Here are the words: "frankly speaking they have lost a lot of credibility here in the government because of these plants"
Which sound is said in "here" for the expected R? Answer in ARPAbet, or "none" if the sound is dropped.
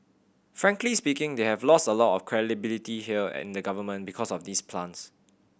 L